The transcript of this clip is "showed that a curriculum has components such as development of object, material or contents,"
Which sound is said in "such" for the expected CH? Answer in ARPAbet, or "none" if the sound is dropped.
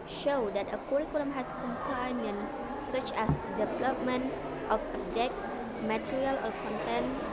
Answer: CH